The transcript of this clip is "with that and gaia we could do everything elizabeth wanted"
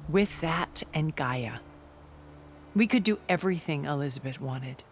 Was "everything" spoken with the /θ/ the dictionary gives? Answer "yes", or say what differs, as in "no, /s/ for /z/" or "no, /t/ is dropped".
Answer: yes